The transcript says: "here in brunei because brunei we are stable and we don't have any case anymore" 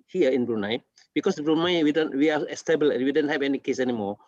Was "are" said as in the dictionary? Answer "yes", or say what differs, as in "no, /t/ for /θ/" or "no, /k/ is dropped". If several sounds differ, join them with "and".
no, /w/ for /ɹ/